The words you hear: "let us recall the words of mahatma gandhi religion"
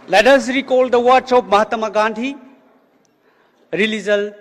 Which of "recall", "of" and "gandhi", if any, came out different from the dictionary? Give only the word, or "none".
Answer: of